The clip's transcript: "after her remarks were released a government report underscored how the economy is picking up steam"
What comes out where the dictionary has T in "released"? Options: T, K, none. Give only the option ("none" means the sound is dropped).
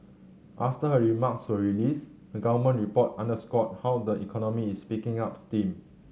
none